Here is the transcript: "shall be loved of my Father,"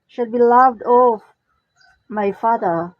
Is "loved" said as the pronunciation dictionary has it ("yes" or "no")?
yes